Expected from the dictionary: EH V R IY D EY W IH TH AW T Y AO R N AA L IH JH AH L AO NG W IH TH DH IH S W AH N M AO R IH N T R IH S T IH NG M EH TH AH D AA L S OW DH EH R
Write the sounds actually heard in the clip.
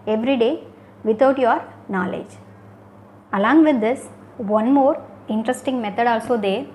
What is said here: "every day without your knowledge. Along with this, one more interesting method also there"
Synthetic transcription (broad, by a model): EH V R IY D EY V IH T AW T Y AO R N AA L IH JH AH L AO NG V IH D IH S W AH N M AO R IH N T R IH S T IH NG M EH T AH D AA L S OW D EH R